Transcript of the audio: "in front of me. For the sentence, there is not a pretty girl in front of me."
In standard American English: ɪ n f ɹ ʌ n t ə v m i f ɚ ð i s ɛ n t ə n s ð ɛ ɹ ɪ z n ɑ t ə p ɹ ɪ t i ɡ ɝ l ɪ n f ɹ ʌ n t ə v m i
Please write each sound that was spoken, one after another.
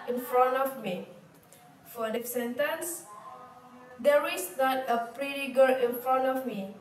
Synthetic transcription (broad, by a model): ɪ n f ɹ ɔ n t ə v m i f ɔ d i s ɛ n t ə n s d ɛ ɹ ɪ s n ɑ t ə p ɹ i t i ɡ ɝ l ɪ n f ɹ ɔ n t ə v m i